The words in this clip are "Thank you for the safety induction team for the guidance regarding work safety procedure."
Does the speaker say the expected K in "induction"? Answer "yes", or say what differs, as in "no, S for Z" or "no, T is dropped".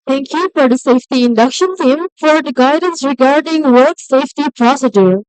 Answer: yes